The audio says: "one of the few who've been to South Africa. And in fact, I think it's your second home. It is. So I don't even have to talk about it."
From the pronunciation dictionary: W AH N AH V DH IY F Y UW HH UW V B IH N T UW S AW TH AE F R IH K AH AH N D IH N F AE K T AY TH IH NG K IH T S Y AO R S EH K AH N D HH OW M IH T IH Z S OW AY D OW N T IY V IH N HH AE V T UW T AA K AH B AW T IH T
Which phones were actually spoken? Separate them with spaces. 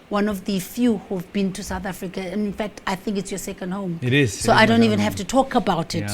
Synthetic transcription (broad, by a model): W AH N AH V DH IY F Y UW HH UW V B IH N T UW S AW TH AE F R IH K AH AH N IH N F AE K T AY TH IH NG K IH T S Y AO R S EH K AH N D HH OW M IH T IH Z S OW AY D OW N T IY V IH N HH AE F T UW T AA K AH B AW T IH T